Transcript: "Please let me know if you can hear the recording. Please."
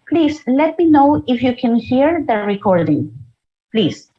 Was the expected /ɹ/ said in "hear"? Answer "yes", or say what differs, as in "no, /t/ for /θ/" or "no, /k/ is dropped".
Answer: yes